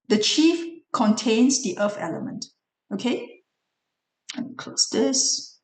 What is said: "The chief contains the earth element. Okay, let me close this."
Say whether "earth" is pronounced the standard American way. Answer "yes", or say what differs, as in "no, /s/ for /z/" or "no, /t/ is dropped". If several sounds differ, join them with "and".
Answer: no, /f/ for /θ/